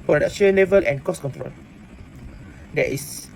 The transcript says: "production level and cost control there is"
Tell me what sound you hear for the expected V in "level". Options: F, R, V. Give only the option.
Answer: V